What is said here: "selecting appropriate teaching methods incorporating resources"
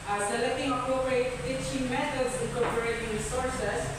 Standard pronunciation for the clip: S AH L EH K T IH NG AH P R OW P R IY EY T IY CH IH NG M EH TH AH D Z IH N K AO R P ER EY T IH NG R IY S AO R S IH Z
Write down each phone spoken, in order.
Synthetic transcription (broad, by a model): S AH L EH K T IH NG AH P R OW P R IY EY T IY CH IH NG M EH T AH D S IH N K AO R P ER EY T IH NG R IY S AO R S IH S